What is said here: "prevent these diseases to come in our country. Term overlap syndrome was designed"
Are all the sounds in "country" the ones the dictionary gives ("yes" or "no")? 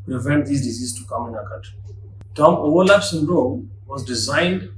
no